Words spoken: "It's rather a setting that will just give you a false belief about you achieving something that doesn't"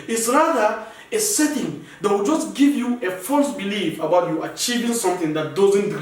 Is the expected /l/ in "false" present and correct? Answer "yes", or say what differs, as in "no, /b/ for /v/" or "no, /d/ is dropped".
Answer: yes